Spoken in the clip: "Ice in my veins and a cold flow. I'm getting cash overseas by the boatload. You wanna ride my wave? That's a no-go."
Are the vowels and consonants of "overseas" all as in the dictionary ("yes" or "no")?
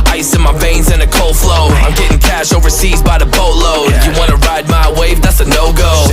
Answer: yes